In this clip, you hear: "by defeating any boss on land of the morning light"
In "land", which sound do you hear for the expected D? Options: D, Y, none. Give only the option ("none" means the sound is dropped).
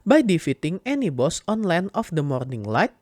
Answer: none